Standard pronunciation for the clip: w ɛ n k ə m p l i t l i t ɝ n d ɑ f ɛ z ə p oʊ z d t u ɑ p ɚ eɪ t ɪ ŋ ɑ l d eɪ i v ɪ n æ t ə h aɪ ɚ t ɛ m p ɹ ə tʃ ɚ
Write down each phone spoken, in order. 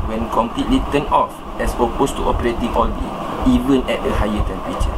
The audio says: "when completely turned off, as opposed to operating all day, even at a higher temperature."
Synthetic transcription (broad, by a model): w ɛ n k ə m p l i t l i t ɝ n ɑ f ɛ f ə p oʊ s t u ɑ p ɚ eɪ t ɪ ŋ ɑ l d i i v ɪ n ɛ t ə h aɪ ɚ t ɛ m p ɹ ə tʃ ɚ